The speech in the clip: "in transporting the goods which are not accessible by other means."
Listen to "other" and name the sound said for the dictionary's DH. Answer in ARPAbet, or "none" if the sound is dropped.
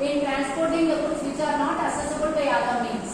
none